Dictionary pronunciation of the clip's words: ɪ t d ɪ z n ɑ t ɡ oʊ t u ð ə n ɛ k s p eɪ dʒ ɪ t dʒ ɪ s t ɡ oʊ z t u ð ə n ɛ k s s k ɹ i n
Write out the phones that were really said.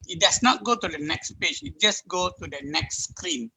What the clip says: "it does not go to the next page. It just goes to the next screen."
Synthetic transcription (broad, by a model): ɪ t d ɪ s n ɑ t ɡ oʊ t u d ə n ɛ k s p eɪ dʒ ɪ t dʒ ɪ s ɡ oʊ t u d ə n ɛ k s s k ɹ i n